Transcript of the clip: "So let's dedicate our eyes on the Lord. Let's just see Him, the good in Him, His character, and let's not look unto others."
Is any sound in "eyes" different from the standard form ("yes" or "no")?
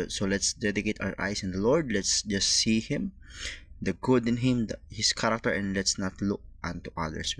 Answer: yes